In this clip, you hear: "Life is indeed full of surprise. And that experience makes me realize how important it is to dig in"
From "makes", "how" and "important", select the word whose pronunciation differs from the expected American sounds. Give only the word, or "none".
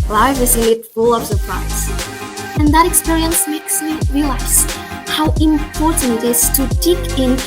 none